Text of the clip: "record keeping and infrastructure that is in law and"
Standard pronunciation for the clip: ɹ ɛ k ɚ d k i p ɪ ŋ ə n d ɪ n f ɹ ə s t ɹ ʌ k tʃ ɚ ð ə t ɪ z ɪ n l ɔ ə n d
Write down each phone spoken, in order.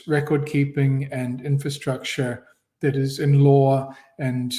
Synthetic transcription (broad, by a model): ɹ ɛ k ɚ d k i p ɪ ŋ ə n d ɪ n f ɹ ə s t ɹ ʌ k tʃ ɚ ð ə t ɪ z ɪ n l ɔ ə n